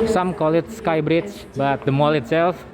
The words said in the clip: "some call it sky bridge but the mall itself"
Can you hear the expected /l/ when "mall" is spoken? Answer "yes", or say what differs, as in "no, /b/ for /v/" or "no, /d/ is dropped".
yes